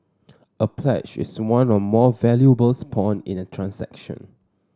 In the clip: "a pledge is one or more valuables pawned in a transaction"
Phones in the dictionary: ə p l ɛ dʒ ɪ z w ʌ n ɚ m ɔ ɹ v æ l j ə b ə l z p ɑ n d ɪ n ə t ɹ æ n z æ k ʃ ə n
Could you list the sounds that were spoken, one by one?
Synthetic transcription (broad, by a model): ə p l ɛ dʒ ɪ s w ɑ n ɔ m ɔ v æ l j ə b ə l s p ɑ n ɪ n ə t ɹ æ n s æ k ʃ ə n